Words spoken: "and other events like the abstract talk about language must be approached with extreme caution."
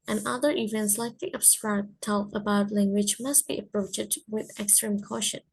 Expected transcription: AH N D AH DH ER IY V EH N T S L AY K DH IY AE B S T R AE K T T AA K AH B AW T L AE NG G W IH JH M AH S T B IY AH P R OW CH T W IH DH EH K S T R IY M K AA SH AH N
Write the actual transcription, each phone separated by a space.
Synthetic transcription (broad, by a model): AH N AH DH ER IY V EH N T S L AY K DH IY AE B S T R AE T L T AH B AW T L AE NG G W IH JH M AH S T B IY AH P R OW CH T W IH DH EH K S T R IY M K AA SH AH N